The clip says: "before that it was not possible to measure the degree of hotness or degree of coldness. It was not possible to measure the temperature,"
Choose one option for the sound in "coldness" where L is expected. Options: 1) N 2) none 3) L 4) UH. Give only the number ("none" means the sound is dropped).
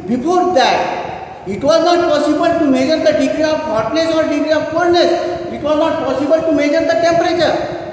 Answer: 2